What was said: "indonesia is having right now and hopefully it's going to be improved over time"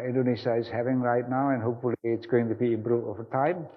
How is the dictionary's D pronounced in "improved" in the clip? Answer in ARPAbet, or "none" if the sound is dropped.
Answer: none